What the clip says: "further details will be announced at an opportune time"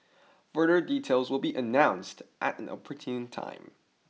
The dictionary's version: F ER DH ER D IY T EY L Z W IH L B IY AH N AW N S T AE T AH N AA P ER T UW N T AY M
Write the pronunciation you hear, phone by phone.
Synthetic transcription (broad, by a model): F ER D ER D IY T EY L Z W IH L B IY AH N AW N S T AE T AH N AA P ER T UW N T AY M